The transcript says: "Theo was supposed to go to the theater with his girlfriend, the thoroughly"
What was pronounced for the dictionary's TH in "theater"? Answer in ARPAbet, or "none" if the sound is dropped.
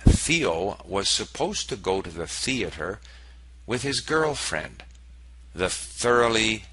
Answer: TH